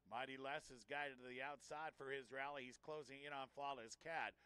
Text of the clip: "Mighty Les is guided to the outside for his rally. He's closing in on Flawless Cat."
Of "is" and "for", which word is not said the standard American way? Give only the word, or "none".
none